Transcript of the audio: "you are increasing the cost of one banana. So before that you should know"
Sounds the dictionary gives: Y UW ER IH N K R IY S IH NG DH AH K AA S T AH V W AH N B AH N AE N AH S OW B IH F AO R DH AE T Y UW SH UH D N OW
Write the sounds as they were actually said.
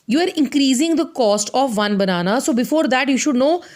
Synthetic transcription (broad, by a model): Y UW ER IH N K R IY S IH NG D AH K AA S T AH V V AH N B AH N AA N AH S OW B IH F AO R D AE T Y UW SH UH D N OW